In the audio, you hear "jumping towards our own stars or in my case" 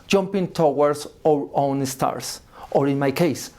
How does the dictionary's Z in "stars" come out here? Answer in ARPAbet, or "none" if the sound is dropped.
S